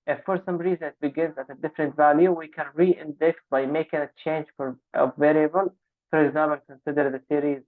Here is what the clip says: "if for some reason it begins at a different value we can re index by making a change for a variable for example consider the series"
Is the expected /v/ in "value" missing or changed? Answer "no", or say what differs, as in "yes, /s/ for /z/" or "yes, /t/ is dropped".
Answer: no